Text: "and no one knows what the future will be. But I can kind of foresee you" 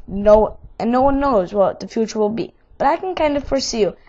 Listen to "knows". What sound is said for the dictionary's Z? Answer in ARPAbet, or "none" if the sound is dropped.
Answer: Z